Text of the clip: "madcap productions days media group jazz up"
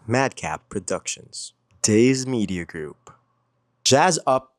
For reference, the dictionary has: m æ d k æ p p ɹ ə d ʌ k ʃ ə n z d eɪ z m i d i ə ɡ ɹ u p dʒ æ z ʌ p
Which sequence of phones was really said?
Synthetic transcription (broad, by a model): m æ d k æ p p ɹ ə d ʌ k ʃ ə n z d eɪ z m i d i ə ɡ ɹ u p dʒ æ z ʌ p